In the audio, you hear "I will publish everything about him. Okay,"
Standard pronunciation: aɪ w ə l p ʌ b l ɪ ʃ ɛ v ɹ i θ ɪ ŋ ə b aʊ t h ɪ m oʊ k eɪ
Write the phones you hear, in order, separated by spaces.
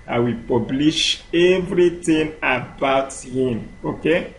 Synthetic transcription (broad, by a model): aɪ w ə p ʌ b l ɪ ʃ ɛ v ɹ i t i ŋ ə b aʊ t h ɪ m oʊ k eɪ